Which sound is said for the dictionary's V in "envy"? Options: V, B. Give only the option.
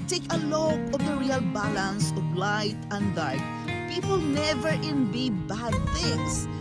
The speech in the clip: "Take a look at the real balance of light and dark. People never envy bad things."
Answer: B